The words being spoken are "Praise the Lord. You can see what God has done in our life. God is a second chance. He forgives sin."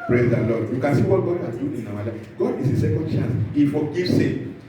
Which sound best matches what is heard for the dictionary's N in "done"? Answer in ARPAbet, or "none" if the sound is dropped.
none